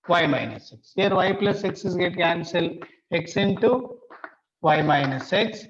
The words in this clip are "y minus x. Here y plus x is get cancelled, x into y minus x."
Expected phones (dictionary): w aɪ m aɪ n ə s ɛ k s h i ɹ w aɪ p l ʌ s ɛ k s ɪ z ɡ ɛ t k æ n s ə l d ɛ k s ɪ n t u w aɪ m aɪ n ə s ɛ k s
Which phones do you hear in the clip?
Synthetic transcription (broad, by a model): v aɪ m aɪ n ə s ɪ k s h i ɹ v aɪ p l ʌ s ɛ k s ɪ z ɡ ɛ t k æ n s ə l ɛ k s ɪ n t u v aɪ m aɪ n ə s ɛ k s